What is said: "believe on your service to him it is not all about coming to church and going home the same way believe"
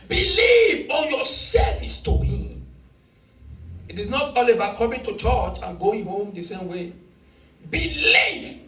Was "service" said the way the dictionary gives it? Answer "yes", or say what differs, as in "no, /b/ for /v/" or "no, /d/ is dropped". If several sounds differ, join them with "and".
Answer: no, /f/ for /v/